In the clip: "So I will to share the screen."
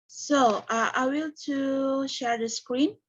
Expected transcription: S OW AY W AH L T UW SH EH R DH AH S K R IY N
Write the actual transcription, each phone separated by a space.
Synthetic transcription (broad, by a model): S OW AY W AH L T UW SH EH R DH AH S K R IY N